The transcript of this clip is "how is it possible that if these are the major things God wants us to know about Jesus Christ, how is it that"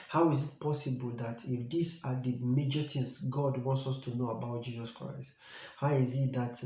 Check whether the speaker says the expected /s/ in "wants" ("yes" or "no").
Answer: yes